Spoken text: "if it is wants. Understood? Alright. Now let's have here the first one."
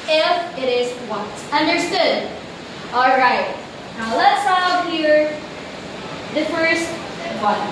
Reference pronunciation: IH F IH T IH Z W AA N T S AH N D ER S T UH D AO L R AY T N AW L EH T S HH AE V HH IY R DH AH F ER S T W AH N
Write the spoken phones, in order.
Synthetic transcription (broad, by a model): IH F IH T IH Z W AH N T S AH N D ER S T UH D AO L R AY T N AW L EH T S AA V HH IY R DH AH F ER S T W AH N